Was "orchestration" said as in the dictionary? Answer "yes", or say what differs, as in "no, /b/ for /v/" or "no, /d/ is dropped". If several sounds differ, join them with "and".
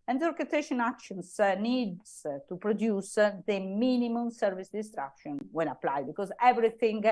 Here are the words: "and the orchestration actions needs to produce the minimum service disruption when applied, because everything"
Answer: no, /s/ is dropped